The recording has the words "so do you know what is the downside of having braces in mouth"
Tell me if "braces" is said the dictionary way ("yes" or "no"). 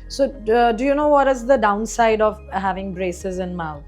yes